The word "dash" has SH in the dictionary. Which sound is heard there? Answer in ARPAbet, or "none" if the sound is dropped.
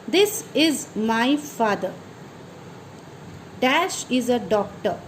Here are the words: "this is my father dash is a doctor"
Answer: SH